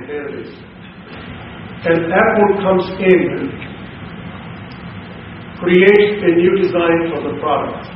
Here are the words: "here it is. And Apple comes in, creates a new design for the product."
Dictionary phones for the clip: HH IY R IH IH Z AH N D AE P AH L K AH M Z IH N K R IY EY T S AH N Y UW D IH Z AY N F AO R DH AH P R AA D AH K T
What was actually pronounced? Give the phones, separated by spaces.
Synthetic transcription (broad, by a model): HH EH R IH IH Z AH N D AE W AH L K AH M Z IH N K R IY EY T S AH N Y UW D IH Z AY N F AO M DH AH P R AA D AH K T